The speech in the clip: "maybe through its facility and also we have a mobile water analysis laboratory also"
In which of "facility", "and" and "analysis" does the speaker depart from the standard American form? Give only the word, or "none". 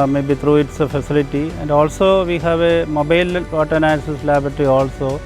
analysis